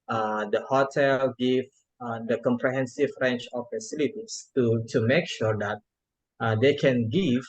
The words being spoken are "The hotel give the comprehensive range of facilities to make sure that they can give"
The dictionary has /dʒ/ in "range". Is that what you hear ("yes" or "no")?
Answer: no